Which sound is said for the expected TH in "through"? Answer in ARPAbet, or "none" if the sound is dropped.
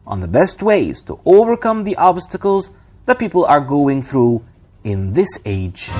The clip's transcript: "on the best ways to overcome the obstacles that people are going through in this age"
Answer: TH